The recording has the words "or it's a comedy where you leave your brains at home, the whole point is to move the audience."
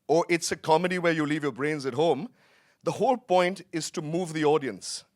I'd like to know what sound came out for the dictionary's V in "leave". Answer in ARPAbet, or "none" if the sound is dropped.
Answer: V